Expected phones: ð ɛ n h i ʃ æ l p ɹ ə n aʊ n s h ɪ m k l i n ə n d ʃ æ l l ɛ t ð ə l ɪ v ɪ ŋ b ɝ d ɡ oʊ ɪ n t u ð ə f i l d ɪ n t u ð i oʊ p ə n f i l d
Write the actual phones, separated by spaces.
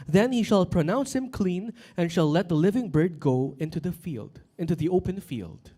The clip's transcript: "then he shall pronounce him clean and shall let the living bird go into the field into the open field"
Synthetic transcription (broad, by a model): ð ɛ n h i ʃ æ l p ɹ ə n aʊ n s h ɪ m k l i n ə n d ʃ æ l l ɛ t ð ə l ɪ v ɪ ŋ b ɝ d ɡ oʊ ɪ n t u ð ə f i l d ɪ n t u ð i oʊ p ə n f i l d